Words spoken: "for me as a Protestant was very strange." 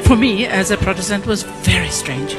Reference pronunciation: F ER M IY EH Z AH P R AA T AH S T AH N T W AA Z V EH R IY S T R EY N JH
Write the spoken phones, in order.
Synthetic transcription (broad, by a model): F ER M IY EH Z AH P R AA T AH S T AH N T W AA Z V EH R IY S T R EY N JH